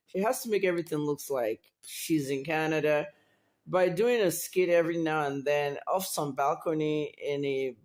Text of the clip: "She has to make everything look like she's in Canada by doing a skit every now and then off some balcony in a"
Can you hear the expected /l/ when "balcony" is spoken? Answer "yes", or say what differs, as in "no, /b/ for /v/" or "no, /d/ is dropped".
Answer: yes